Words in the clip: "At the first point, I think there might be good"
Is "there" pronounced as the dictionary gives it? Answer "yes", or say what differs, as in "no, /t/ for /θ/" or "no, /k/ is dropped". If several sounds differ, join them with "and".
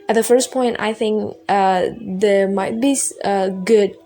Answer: yes